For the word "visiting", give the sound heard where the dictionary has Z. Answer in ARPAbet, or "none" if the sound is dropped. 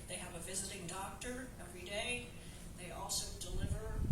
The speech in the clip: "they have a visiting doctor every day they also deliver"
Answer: Z